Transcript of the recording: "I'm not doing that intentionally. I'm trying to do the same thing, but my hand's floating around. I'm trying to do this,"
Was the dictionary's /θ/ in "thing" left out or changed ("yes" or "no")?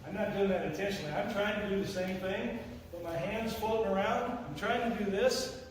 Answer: no